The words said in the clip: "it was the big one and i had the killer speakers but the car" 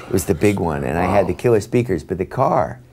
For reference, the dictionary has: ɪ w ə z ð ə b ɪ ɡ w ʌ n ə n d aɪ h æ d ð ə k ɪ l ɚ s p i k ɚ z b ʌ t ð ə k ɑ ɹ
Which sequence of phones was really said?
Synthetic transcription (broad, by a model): w ə z ð ə b ɪ ɡ w ʌ n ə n aɪ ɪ d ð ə k ɪ l ɚ s p i k ɚ z b ʌ t ð ə k ɑ ɹ